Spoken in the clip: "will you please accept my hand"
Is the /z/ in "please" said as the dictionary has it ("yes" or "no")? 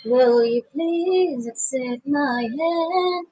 yes